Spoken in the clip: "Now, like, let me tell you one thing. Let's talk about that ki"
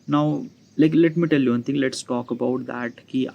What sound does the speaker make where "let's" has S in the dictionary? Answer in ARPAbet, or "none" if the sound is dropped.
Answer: S